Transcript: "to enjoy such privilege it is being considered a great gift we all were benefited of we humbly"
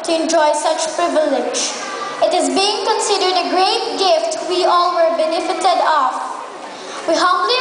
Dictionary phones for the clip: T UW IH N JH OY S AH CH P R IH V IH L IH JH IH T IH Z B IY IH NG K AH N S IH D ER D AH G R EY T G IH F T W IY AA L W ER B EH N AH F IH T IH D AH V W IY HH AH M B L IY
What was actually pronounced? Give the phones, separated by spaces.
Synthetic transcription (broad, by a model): T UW IH N JH OY S AH CH P R IH V IH L IH JH IH T IH Z B IY IH NG K AH N S IH D ER D AH G R EY T G IH F T W IY AA L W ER B EH N AH F IH T IH D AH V W IY HH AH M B L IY